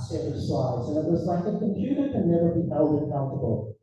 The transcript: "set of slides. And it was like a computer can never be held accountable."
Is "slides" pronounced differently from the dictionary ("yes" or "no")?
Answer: yes